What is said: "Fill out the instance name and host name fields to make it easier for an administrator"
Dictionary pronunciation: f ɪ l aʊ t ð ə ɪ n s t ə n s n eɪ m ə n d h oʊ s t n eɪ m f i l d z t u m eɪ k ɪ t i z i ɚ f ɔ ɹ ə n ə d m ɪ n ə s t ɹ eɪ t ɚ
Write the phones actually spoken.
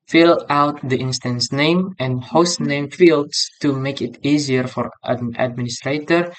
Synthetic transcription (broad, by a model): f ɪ l aʊ t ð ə ɪ n s t ə n s n eɪ m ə n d h oʊ s t n eɪ m f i l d s t u m eɪ k ɪ t i z i ɚ f ɔ ɹ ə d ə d m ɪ n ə s t ɹ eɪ t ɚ